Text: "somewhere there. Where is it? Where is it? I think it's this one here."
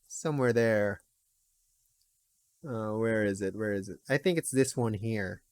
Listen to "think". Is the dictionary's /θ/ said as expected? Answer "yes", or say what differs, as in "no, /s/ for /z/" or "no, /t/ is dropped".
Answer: yes